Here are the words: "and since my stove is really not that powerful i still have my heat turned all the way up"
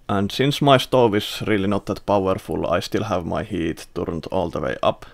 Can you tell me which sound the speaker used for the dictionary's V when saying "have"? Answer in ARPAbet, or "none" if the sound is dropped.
V